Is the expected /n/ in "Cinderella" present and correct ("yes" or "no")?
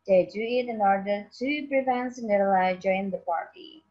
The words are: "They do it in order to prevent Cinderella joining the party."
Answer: no